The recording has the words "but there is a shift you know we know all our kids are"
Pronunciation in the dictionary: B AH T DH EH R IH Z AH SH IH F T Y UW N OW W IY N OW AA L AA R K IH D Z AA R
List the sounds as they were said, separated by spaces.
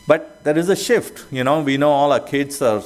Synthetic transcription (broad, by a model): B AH T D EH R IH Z AH SH IH F T Y UW N OW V IY N OW AA L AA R K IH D S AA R